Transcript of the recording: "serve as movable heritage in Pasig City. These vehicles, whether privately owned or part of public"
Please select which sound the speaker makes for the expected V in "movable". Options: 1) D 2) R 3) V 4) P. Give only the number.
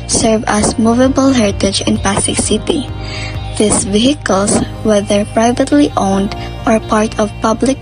3